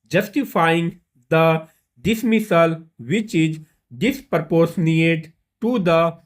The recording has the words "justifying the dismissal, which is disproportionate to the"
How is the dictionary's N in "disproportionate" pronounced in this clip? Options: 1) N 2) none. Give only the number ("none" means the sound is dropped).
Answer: 2